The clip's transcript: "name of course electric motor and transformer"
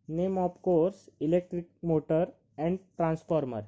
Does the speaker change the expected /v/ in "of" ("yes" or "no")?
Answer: yes